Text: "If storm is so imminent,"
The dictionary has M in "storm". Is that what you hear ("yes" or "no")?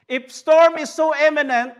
yes